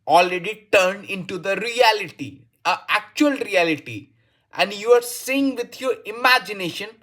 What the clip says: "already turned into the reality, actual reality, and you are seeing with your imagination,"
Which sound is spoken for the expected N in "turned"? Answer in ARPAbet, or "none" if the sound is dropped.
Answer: N